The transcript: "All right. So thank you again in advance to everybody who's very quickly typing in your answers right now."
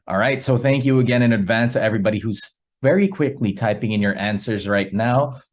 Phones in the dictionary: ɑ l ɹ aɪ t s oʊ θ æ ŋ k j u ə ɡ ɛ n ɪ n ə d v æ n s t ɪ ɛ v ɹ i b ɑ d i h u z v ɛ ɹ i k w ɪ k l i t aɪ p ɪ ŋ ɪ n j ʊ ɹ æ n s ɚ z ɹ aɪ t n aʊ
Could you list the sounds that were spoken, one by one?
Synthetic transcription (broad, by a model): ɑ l ɹ aɪ t s oʊ θ æ ŋ k j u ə ɡ ɛ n ɪ n ə d v æ n s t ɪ ɛ v ɹ i b ɑ d i h u z v ɛ ɹ i k w ɪ k l i t aɪ p ɪ ŋ ɪ n j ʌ ɹ æ n s ɚ z ɹ aɪ t n aʊ